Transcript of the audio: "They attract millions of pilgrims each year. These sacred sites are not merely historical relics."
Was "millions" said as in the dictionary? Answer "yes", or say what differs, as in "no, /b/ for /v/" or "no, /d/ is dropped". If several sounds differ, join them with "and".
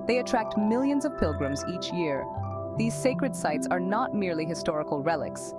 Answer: yes